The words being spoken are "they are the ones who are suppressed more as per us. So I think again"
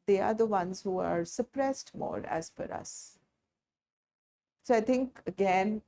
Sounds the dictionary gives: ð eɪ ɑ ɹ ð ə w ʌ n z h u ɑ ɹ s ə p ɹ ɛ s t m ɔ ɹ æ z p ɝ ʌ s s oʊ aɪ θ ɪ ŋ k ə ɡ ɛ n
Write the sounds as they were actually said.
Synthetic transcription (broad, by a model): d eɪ ɑ ɹ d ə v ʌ n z h u ɑ ɹ s ə p ɹ ɛ s t m ɔ ɹ æ z f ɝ ʌ s s oʊ aɪ t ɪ ŋ k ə ɡ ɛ n